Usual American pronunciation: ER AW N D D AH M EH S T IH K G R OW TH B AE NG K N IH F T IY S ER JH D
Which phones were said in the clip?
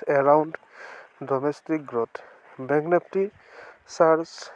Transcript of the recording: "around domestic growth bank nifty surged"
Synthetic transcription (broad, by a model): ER AW N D D AH M EH S T IH K G R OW T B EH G N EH P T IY S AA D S